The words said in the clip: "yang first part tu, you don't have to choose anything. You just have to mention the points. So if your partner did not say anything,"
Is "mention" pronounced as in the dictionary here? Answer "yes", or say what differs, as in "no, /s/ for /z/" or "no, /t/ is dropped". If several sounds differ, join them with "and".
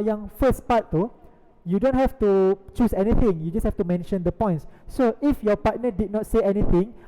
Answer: yes